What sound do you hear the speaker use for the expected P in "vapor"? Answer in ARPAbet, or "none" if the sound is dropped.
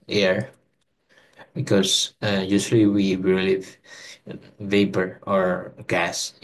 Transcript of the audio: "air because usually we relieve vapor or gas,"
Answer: P